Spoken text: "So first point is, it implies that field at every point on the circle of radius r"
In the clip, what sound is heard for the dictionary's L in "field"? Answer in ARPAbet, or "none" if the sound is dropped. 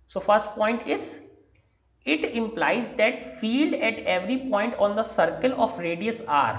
L